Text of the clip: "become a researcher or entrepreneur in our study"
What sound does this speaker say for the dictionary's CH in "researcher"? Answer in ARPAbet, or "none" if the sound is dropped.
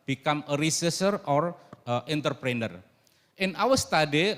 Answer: S